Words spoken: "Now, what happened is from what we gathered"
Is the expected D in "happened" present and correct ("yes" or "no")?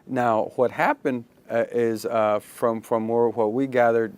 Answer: yes